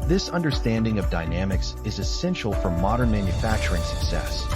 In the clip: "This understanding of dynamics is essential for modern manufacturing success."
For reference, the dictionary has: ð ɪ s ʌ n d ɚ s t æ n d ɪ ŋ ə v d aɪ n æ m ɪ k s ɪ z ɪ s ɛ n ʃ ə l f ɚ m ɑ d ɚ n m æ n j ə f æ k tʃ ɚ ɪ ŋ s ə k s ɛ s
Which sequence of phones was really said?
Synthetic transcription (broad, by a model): ð ɪ s ʌ n d ɚ s t æ n d ɪ ŋ ə v d aɪ n æ m ɪ k s ɪ z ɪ s ɛ n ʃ l f ɚ m ɑ d ɚ n m æ n j ə f æ k tʃ ɚ ɪ ŋ s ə k s ɛ s